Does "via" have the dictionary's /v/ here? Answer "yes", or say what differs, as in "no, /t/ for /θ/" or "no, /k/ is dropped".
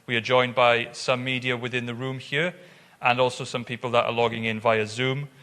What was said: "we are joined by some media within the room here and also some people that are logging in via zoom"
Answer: yes